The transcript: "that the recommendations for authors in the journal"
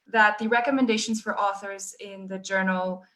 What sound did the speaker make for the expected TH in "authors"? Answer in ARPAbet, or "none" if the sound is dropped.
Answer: TH